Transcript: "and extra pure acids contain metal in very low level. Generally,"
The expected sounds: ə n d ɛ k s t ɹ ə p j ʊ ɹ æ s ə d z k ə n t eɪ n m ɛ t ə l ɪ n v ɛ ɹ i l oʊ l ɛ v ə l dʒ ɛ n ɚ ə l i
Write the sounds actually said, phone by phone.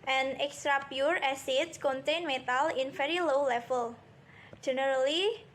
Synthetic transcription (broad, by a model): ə n ɛ k s t ɹ ə p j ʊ ɹ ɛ s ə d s k ə n t eɪ n m ɛ t ə l ɪ n f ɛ ɹ i l oʊ l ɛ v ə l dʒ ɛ n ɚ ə l i